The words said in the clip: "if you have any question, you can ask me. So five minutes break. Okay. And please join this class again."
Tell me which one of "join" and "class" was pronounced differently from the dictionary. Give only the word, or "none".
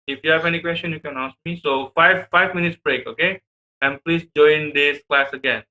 none